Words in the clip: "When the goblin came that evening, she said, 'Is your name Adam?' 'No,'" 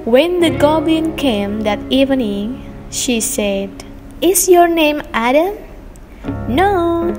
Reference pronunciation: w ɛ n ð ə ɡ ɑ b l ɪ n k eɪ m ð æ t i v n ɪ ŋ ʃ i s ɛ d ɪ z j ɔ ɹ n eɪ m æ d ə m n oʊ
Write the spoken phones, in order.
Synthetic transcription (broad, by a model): w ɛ n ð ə ɡ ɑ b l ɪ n k eɪ m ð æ t i v n ɪ ŋ ʃ i s ɛ d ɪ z j ɔ ɹ n eɪ m æ d ə m n oʊ